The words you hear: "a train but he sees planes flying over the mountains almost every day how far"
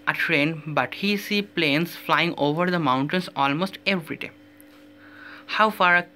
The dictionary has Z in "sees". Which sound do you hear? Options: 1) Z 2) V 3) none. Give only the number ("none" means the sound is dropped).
3